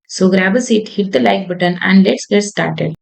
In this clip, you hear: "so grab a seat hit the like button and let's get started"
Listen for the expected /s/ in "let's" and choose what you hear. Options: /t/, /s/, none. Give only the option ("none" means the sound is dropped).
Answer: /s/